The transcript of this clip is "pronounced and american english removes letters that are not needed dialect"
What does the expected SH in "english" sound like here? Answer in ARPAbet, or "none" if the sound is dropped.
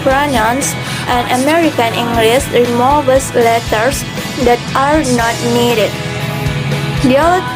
S